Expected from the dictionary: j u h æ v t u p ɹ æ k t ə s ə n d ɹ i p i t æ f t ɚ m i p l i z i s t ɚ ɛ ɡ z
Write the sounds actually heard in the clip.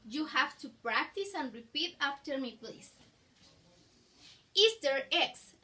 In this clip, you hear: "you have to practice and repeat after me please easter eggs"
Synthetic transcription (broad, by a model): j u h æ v t u p ɹ æ k t ə s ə n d ɹ i p i t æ f t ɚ m i p l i s i s t ɚ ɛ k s